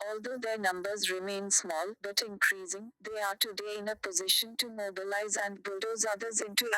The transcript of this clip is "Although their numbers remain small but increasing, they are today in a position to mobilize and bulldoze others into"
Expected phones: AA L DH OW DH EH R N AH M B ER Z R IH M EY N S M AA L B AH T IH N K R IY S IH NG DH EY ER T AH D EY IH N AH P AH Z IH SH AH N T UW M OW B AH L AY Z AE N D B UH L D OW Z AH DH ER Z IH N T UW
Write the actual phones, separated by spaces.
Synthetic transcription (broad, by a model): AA L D OW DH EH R N AH M B ER Z R IH M EY N S M AA L B AH T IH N K R IY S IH NG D EY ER T AH D EY IH N AH P AH Z IH SH AH N T UW M OW B AH L AY Z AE N D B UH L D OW Z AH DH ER Z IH N T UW